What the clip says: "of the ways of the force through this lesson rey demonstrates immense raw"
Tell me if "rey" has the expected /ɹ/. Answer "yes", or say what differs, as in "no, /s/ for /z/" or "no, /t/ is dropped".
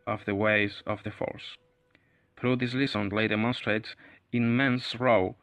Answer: no, /l/ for /ɹ/